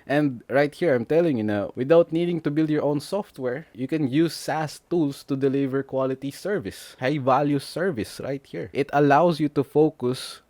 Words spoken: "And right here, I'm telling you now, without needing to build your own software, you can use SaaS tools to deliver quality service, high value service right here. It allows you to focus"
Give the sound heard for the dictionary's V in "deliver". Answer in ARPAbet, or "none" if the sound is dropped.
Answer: V